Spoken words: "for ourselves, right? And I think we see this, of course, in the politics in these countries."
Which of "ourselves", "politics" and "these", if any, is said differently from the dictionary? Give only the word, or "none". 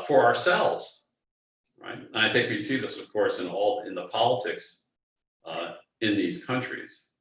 none